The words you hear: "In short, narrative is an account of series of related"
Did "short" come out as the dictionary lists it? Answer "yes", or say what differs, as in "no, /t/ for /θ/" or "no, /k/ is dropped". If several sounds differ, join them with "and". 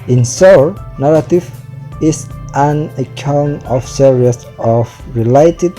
no, /s/ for /ʃ/